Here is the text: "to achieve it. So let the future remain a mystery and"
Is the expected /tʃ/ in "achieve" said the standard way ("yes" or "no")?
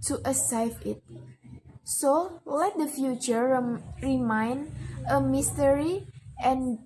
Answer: no